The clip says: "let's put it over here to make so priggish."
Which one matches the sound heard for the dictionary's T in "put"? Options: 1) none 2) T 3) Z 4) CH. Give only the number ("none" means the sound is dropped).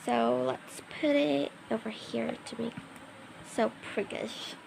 2